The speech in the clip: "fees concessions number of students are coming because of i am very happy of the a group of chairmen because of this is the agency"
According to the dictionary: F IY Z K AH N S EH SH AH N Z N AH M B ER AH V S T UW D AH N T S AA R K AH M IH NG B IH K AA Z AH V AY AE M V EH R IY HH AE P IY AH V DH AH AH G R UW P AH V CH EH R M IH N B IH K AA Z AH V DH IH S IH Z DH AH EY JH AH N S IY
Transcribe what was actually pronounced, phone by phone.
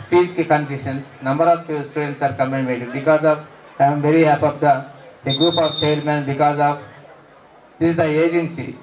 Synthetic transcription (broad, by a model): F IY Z K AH N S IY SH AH N S N AH M B ER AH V S T UW D AH N T S AA R K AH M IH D B IH K AA Z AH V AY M V EH R IY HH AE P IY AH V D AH AH G R UW P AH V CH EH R M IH N B IH K AA Z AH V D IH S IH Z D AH EY JH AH N S IY